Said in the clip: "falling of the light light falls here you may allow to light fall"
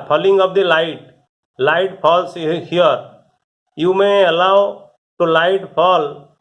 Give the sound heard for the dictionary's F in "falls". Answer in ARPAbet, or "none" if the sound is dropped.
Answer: P